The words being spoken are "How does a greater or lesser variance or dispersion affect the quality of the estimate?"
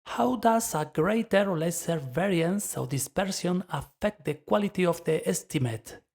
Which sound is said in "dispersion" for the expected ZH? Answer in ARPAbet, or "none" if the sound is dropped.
S